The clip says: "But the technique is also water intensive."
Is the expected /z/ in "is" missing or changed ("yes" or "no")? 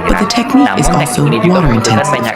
no